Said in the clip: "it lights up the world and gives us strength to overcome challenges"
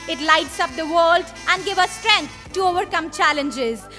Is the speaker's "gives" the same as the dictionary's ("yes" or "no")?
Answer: no